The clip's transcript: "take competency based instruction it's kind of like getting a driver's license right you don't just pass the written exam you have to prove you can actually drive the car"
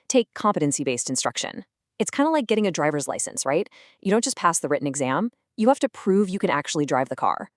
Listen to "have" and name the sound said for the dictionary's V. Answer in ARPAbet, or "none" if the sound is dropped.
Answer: F